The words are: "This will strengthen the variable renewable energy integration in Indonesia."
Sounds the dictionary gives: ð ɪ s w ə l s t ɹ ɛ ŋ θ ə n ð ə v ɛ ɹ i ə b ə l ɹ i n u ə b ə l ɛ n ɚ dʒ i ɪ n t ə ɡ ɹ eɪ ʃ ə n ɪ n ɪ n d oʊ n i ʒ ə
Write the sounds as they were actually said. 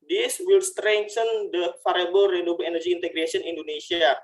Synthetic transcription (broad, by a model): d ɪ s w ə l s t ɹ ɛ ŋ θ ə n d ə f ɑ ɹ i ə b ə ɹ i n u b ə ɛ n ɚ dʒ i n t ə ɡ ɹ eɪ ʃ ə ɪ n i n d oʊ n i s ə